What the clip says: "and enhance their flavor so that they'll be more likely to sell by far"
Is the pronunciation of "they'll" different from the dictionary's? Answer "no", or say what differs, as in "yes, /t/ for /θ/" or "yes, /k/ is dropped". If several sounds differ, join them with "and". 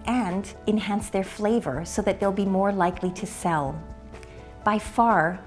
no